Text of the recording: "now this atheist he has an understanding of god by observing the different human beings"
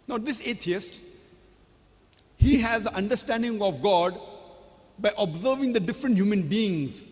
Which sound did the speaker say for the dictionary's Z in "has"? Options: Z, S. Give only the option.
Z